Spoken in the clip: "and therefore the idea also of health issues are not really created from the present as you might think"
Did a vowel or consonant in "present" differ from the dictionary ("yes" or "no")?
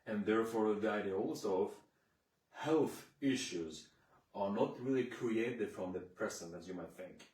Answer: yes